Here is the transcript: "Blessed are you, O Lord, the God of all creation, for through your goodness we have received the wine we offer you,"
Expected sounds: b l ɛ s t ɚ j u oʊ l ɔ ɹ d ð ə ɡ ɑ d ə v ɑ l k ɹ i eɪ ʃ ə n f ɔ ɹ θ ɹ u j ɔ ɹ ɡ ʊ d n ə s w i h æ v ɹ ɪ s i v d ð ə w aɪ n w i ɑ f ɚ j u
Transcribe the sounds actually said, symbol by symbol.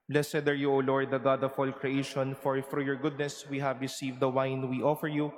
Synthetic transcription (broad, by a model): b l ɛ s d ɚ j u oʊ l ɔ ɹ d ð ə ɡ ɑ d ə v ɑ l k ɹ i eɪ ʃ ə n f ɔ ɹ f ɹ j ɔ ɹ ɡ ʊ d n ə s w i h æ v ɹ ɪ s i v d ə w aɪ n w i ɑ f ɚ j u